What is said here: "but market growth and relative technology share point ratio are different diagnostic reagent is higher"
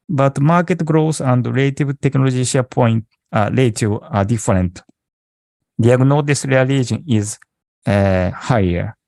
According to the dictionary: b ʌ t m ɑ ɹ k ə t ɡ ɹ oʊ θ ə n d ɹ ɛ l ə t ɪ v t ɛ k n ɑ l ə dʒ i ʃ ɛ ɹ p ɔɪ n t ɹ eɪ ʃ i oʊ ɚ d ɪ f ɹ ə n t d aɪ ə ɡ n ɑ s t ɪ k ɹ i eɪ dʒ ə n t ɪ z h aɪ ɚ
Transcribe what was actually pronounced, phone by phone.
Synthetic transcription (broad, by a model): b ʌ t m ɑ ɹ k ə t ɡ ɹ oʊ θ ə n d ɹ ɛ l t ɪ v t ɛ k n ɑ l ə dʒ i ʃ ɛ p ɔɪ n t l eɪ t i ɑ d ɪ f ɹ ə n t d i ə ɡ n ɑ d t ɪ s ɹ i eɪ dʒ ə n ɪ z h aɪ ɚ